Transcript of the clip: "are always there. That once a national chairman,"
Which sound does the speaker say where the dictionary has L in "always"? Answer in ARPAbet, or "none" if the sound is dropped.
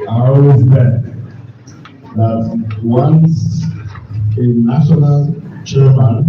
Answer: none